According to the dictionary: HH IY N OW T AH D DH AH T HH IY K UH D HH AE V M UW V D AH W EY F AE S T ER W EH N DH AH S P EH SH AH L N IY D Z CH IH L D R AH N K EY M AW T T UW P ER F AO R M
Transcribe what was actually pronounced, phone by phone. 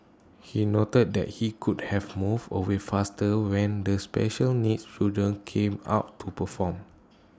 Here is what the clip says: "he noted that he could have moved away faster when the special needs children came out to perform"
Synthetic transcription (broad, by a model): HH IY N OW T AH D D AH T HH IY K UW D HH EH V M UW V AH W EY F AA S T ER W EH N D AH S P EH SH AH L N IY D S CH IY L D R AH N K EY M AW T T UW P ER F AO M